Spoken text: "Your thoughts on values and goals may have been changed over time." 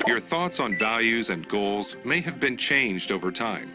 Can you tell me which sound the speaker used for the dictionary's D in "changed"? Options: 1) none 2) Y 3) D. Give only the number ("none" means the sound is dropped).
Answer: 3